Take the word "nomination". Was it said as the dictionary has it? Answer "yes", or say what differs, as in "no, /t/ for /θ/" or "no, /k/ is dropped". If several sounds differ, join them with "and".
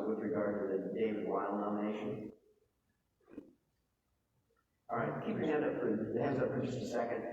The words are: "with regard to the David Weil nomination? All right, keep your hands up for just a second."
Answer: no, /m/ is dropped